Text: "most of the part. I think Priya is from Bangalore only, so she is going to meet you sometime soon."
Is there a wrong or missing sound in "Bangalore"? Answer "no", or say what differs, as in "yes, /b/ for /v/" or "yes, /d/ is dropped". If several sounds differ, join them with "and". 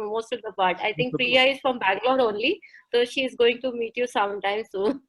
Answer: yes, /ŋ/ is dropped